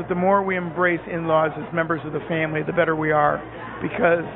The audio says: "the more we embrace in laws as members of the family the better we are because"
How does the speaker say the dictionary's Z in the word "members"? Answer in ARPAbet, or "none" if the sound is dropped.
Z